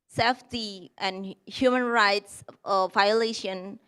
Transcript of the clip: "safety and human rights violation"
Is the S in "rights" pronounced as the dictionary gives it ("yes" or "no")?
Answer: yes